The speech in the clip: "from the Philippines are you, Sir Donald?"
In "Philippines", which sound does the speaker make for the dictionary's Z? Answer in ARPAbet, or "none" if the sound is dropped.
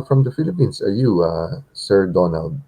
S